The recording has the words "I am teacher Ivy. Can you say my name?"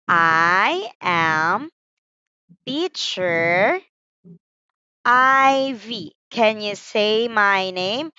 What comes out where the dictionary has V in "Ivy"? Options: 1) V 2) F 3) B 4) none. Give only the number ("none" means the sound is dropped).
1